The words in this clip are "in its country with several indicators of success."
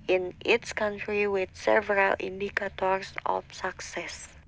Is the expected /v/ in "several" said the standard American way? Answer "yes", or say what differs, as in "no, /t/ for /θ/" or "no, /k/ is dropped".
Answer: yes